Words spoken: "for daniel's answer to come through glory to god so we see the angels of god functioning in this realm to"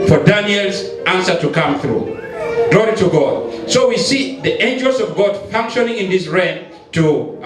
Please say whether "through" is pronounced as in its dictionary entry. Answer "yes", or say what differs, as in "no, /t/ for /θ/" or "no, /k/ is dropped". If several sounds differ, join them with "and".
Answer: yes